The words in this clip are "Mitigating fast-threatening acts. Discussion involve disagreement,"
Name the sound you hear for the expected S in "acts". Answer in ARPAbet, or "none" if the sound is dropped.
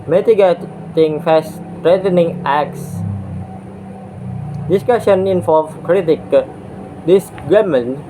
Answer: S